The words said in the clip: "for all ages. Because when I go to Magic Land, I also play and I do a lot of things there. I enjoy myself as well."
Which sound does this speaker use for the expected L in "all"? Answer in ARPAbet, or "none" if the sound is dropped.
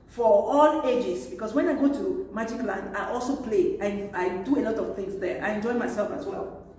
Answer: L